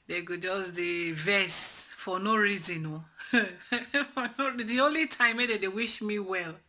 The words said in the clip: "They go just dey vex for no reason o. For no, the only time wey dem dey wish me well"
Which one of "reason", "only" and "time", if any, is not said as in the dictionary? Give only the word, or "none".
none